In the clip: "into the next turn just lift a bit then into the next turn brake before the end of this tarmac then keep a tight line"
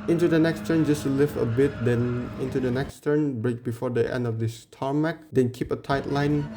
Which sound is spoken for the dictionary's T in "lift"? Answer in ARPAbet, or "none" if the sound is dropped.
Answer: none